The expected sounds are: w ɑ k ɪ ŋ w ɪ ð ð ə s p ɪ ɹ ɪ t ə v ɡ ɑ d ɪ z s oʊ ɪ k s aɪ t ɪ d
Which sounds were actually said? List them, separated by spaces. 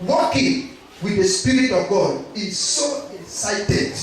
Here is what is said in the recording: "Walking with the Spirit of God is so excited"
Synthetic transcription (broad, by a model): w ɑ k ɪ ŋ w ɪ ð ð ə s p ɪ ɹ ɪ t ə v ɡ ɑ d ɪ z s oʊ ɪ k s aɪ t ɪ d